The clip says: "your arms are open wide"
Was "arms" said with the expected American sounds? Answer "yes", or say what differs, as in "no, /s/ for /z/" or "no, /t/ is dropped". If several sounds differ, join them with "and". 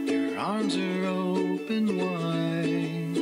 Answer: yes